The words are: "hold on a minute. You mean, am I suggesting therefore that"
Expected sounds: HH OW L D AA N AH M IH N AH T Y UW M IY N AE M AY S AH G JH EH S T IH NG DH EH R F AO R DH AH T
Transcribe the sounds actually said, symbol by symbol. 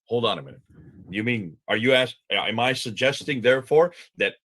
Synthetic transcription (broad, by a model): HH OW L D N AH M IH N AH T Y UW M IY N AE M AY S AH G JH EH S T IH NG DH EH R F AO R DH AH T